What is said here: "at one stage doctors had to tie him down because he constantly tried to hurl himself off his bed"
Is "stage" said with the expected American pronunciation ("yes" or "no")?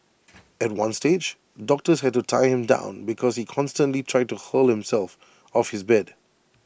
yes